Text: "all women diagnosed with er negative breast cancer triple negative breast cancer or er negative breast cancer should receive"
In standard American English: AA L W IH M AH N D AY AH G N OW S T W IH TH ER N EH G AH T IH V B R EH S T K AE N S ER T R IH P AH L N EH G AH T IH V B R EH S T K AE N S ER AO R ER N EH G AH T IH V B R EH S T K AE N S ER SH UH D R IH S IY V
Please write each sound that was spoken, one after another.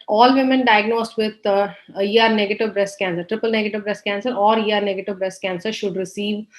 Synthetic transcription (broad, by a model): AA L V IH M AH N D AY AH G N OW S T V IH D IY N EH G AH T IH V B R EH S T K AE N S ER T R IH P AH L N EH G AH T IH V B R EH S T K AE N S ER AO R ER N EH G AH T IH V B R EH S T K AE N S ER SH UH D R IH S IY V